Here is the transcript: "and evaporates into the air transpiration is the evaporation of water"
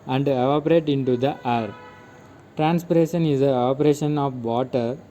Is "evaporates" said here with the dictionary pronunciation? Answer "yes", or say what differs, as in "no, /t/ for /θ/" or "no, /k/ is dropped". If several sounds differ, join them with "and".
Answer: no, /s/ is dropped